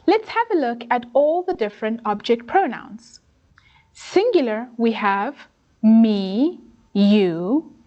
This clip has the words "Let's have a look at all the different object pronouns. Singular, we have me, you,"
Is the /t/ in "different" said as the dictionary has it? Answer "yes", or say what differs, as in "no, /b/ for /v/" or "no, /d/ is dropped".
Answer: yes